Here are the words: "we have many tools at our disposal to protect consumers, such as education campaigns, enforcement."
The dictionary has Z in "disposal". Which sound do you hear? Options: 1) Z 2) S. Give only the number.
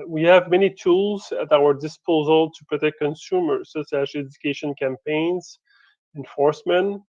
1